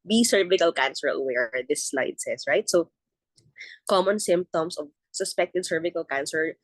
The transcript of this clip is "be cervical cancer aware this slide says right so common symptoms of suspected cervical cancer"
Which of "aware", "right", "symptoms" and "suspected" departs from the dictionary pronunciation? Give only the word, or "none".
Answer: symptoms